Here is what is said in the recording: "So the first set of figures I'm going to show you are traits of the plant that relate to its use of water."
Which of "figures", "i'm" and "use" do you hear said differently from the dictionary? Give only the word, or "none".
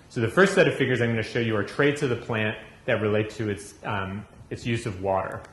none